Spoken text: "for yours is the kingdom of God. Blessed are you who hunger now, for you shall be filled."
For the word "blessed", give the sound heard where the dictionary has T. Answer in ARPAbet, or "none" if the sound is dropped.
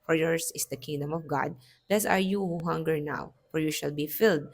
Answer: none